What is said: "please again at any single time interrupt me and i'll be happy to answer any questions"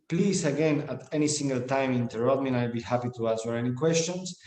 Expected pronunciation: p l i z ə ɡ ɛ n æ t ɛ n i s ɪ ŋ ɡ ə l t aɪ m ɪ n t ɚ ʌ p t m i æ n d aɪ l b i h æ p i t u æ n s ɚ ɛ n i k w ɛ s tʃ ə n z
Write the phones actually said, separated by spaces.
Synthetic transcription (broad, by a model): p l i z ə ɡ ɛ n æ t ɛ n i s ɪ ŋ ɡ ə l t aɪ m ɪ n t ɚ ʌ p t m i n aɪ l b i h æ p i t u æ s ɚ ɛ n i k w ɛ s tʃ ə n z